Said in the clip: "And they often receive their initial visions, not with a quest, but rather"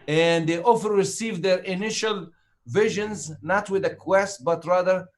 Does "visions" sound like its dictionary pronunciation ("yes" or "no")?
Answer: yes